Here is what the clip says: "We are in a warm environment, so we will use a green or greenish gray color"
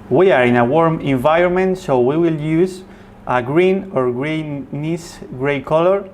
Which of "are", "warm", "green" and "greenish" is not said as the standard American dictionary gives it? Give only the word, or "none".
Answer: greenish